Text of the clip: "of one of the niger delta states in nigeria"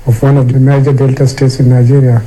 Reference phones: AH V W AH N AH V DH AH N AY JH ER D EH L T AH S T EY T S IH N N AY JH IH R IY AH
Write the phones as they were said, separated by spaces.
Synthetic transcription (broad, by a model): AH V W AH N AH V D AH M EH JH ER D EH L T AH S T EY T S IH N N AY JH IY R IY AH